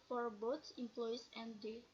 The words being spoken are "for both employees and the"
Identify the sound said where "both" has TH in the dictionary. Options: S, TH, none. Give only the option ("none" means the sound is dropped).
S